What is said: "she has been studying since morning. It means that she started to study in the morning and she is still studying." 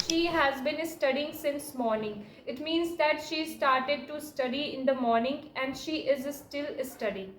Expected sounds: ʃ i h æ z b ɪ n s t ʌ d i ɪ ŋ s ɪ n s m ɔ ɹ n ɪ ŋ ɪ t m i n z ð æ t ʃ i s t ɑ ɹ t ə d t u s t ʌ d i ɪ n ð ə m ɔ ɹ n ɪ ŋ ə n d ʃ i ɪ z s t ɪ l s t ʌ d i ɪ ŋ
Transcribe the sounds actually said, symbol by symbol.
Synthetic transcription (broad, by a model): ʃ i h æ z b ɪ n s t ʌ d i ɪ ŋ s ɪ n s m ɔ ɹ n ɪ ŋ ɪ t m i n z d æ t ʃ i s t ɑ ɹ t ə d t u s t ʌ d i ɪ n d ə m ɔ ɹ n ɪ ŋ ə n d ʃ i ɪ z s t ɪ l s t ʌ d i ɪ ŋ